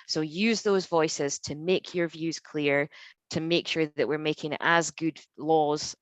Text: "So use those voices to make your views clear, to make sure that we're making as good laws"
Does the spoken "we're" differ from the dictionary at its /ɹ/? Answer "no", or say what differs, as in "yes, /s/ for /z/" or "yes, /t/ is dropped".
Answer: no